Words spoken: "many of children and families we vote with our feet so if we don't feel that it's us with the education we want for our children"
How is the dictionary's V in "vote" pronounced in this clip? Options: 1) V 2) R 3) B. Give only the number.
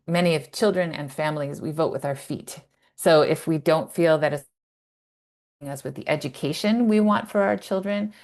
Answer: 1